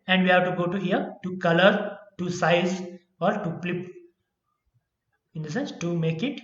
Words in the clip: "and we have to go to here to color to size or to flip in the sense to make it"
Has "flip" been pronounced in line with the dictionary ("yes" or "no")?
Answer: no